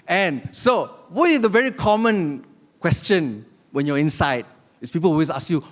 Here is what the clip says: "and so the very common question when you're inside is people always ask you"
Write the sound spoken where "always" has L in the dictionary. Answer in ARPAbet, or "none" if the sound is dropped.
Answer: none